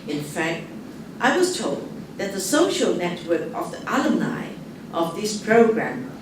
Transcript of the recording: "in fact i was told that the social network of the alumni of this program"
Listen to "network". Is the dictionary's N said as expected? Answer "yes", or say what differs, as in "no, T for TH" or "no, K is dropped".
yes